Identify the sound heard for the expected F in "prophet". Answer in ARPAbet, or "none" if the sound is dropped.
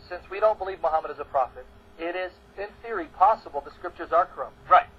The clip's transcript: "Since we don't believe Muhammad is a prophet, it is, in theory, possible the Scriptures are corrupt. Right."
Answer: F